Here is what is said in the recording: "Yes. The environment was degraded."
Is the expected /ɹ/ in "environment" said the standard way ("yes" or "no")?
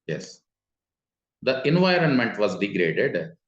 yes